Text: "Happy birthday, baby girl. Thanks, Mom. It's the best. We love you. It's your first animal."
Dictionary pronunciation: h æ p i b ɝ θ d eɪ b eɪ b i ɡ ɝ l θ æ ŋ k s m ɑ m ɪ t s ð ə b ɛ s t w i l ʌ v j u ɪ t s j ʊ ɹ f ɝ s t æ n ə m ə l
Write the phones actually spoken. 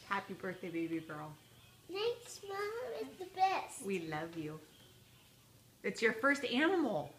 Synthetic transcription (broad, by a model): h æ p i b ɝ θ d eɪ b eɪ b i ɡ ɝ l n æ k s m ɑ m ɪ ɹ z ð ə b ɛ s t w i l ʌ v j u ɪ t s j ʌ ɹ f ɝ s t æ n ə m l